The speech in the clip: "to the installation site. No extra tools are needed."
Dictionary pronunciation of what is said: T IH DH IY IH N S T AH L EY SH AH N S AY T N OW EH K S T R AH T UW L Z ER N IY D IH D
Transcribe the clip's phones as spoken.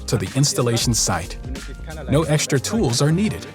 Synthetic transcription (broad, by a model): T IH DH IY IH N S T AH L EY SH N S AY T N OW EH K S T R AH T UW L Z ER N IY D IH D